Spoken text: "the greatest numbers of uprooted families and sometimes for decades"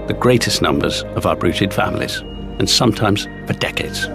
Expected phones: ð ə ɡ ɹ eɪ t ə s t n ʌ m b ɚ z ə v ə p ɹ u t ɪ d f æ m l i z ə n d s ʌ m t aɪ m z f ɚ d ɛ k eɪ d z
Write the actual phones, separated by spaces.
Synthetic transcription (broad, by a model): ð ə ɡ ɹ eɪ t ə s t n ʌ m b ɚ z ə v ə b ɹ u t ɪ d f æ m l i z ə n s ʌ m t aɪ m z p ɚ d ɛ k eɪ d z